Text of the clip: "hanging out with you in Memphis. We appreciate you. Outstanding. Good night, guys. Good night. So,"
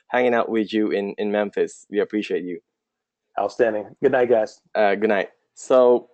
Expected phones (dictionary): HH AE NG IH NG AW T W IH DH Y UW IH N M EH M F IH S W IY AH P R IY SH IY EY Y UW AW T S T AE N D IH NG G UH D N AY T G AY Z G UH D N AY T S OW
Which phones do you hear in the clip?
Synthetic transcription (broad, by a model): HH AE NG IH NG AW T W IH DH Y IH IH N M EH M F IH S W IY AH P R IY SH IY EY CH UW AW S T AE N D IH NG G UH D N AY T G AY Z G UH D N AY T S OW